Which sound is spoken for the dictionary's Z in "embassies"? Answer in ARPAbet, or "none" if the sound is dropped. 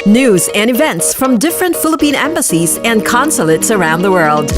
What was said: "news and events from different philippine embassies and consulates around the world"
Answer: Z